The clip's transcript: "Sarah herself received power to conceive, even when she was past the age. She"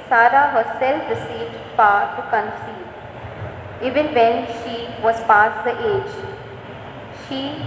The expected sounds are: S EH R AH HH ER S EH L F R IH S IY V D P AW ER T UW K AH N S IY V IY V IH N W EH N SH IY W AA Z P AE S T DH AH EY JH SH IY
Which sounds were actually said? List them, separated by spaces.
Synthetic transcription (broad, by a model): S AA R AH HH ER S EH L F R IH S IY V D F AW T UW K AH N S IY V IY V IH N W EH N SH IY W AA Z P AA S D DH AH EY JH SH IY